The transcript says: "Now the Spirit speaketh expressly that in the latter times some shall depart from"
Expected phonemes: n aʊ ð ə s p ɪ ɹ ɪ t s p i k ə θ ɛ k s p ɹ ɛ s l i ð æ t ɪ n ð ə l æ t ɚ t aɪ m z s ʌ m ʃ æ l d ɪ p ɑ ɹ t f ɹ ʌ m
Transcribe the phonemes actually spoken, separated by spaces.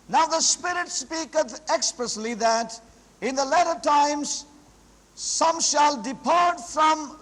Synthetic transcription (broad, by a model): n aʊ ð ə s p ɪ ɹ ɪ t s p i k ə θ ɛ k s p ɹ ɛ s l i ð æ t ɪ n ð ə l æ t ɚ t aɪ m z s ʌ m ʃ æ l d ɪ p ɑ ɹ t f ɹ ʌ m